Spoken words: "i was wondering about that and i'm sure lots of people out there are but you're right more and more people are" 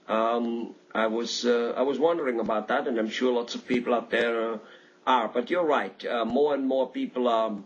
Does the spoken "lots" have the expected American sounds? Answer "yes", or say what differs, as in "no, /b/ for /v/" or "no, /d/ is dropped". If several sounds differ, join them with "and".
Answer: yes